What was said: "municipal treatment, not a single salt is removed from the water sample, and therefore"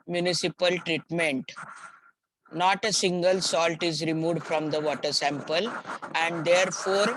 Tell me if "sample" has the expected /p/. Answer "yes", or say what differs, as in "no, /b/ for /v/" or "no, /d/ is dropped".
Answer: yes